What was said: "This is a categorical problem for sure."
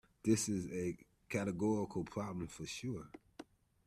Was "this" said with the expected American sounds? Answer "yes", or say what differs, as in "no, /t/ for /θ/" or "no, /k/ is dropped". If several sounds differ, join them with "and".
yes